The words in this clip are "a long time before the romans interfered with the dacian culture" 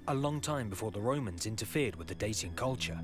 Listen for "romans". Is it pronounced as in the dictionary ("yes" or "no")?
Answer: yes